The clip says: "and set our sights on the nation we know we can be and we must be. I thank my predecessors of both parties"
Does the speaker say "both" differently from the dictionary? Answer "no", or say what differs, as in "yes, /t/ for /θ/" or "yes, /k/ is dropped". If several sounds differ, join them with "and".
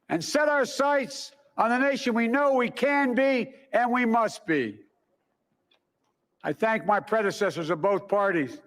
no